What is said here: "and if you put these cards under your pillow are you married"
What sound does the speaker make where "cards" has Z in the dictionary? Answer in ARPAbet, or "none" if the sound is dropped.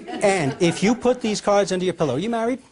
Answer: Z